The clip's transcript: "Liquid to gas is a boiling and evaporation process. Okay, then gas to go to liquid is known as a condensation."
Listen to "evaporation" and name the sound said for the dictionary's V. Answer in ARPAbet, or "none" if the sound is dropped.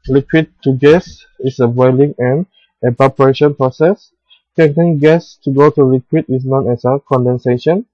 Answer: B